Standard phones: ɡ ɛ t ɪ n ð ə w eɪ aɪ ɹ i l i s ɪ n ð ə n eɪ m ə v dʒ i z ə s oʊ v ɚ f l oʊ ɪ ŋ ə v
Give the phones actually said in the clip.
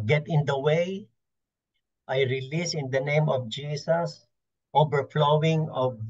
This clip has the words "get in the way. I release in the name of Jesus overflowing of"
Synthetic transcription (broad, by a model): ɡ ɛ t ɪ n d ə w eɪ aɪ ɹ i l i s ɪ n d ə n eɪ m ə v dʒ i s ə s oʊ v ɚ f l oʊ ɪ ŋ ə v